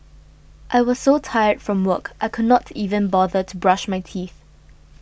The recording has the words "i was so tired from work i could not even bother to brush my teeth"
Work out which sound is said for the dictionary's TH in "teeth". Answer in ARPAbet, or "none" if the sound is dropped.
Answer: TH